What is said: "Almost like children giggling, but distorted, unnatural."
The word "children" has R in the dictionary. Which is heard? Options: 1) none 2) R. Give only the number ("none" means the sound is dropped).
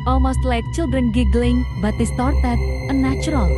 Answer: 2